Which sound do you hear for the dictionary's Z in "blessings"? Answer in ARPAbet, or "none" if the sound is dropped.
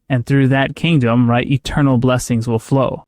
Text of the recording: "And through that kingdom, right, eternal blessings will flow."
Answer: Z